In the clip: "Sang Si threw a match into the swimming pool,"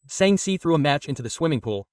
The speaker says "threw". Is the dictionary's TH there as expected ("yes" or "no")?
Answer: yes